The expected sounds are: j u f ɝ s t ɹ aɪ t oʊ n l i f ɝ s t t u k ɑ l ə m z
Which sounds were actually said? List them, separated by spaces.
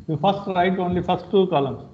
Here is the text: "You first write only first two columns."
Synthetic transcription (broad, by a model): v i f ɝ s t ɹ aɪ t oʊ n l i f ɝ s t t u k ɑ l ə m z